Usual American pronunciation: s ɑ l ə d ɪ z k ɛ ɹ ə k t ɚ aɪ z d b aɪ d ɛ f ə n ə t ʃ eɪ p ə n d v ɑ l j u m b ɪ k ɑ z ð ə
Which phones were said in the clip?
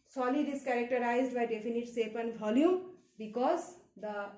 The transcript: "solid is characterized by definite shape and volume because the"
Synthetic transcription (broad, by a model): s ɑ l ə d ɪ s k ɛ ɹ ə k t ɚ aɪ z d b aɪ d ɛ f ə n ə t s eɪ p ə n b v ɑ l j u m b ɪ k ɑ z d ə